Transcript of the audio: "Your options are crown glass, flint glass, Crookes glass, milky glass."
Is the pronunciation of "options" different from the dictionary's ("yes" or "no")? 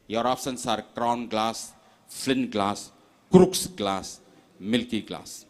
yes